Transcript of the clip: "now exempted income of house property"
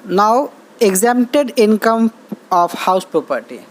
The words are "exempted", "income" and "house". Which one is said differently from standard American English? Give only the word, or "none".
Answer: exempted